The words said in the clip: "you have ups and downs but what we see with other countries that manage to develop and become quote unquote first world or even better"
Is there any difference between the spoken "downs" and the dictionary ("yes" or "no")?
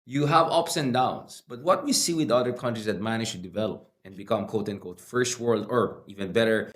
yes